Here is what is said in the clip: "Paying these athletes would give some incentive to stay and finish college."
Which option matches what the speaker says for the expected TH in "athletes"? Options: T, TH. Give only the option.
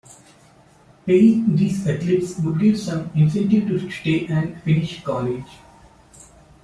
T